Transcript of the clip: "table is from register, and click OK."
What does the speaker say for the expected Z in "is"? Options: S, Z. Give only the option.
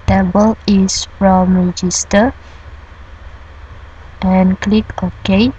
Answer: S